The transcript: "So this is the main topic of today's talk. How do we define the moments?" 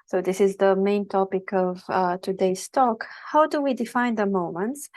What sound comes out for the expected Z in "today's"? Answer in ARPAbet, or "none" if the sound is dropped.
S